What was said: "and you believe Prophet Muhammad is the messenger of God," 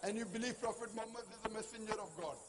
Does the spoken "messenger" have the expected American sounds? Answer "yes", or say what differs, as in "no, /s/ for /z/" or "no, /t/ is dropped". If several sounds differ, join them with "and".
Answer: yes